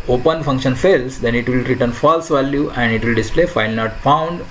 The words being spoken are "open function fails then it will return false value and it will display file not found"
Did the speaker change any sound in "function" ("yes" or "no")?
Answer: no